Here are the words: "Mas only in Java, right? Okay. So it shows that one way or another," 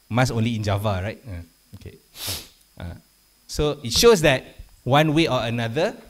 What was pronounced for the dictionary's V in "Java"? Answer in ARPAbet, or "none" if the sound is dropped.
V